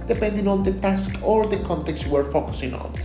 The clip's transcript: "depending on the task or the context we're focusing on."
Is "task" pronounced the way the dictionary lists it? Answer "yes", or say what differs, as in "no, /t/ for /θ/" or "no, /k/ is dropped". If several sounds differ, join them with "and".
yes